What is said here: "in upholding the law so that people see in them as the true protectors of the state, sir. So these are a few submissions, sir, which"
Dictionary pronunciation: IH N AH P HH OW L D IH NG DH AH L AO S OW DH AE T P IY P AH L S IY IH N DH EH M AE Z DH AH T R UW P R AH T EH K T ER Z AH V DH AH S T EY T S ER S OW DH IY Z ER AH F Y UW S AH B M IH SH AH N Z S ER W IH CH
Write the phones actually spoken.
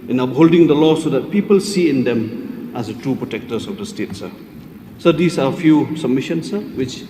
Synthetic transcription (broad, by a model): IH N AH P HH OW L D IH NG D AH L AO S OW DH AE T P IY P AH L S IY IH N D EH M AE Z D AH T UW P R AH T EH K T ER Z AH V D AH S T EY T S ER S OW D IY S AH F Y UW S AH B M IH SH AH N S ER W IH CH